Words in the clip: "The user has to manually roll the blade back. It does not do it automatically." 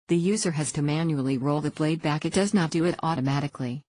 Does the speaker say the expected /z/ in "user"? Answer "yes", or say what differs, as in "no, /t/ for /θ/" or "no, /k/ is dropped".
yes